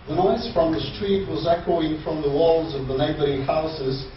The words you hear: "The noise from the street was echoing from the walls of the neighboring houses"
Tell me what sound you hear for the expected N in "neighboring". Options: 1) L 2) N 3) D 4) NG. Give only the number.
1